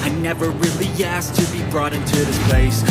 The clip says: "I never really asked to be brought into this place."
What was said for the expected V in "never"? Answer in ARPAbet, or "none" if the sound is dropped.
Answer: V